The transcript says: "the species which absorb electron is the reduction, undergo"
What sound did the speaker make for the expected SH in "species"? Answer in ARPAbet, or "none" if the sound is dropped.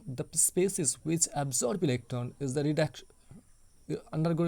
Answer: S